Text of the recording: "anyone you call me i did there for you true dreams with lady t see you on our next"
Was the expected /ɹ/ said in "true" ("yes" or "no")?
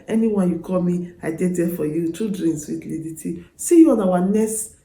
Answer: no